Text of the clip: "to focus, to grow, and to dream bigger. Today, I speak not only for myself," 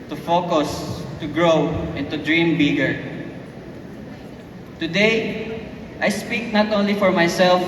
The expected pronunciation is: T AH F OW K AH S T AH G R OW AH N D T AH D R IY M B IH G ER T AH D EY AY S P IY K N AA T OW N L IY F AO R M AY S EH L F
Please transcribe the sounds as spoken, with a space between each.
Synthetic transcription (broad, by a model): T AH F OW K AH S T AH G R OW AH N T AH D R IY M B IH G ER T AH D EY AY S P IY K N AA T OW N L IY F AO R M AY S EH L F